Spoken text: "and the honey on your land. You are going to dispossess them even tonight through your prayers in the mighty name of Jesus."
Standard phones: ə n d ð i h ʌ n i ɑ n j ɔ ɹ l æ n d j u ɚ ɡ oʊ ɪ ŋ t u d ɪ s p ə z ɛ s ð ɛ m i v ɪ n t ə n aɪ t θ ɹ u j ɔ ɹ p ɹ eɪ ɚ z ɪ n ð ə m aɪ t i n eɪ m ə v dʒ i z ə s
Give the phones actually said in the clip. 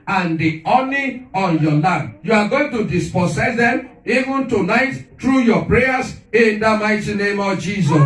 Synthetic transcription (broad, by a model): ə n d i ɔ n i ɑ n j ɔ l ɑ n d j u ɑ ɡ oʊ ɪ ŋ t u d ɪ s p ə s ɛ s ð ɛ m i v ɪ n t ə n aɪ t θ ɹ u j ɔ p ɹ eɪ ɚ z ɪ n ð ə m aɪ t i n eɪ m ə v dʒ i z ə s